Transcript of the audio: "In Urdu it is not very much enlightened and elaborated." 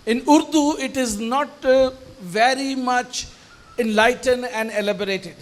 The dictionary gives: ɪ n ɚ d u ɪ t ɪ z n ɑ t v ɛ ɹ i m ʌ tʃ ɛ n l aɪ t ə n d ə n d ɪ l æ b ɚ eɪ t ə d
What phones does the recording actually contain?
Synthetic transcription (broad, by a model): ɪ n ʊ d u ɪ t ɪ z n ɑ t v ɛ ɹ i m ʌ tʃ ɛ n l aɪ t ə n d ə n d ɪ l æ b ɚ eɪ t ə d